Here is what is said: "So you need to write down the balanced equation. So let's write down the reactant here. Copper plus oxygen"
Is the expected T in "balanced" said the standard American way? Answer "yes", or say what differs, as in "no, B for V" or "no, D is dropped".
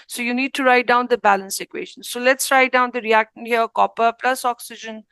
no, T is dropped